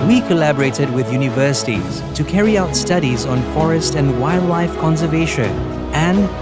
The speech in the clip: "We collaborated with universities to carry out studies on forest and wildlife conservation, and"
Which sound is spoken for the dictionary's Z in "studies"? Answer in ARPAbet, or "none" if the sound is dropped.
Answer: Z